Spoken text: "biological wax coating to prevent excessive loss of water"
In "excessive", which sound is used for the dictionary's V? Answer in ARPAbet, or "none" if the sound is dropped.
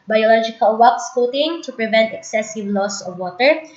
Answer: V